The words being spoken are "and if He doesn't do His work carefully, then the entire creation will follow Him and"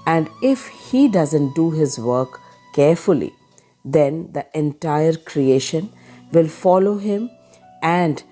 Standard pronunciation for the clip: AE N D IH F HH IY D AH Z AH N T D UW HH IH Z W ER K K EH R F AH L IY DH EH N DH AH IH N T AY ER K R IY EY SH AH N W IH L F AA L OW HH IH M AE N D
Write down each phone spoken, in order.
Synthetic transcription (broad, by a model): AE N D IH F HH IY D AH Z AH N T D UW HH IH Z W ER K K EH R F AH L IY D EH N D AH IH N T AY ER K R IY EY SH AH N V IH L F AA L OW HH IH M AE N D